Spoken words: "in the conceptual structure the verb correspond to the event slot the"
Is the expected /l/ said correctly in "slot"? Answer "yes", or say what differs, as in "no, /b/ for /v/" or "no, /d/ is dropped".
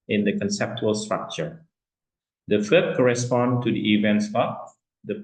no, /l/ is dropped